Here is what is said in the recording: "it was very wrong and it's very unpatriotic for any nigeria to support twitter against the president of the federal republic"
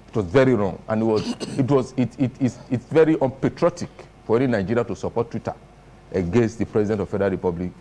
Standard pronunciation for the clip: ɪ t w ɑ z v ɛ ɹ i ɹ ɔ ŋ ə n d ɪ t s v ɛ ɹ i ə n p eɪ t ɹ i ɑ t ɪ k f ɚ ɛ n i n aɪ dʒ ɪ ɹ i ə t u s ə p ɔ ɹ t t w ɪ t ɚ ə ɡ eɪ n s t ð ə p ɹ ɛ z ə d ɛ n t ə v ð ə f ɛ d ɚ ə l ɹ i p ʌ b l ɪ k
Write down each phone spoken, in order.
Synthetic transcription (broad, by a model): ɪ t w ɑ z v ɛ ɹ i ɹ ɔ ŋ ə n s ɪ t s v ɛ ɹ i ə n p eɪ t ɹ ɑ t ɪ k f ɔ ɛ n i n aɪ dʒ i ɹ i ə t u s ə p ɔ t t w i t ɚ ə ɡ eɪ n s t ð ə p ɹ ɛ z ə d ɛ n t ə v f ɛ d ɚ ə ɹ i p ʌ b l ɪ k